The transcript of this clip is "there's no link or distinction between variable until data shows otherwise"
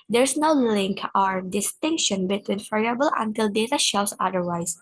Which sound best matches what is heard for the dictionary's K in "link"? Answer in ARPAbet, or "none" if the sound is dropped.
K